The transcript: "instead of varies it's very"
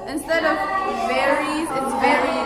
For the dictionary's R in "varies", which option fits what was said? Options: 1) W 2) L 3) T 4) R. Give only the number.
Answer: 4